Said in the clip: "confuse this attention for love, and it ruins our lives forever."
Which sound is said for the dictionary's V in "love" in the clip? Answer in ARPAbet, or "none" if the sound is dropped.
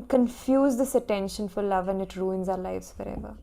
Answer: V